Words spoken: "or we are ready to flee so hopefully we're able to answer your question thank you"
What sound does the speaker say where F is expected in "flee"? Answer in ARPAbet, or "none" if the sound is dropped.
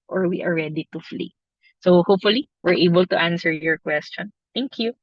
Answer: F